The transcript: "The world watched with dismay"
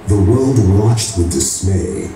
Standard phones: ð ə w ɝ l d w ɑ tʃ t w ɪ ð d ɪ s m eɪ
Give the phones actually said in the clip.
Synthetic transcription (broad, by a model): ð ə w ɝ l d w ɑ tʃ t w ɪ ð d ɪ s m eɪ